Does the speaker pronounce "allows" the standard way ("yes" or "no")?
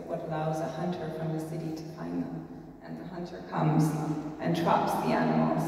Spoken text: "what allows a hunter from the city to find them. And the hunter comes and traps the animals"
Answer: yes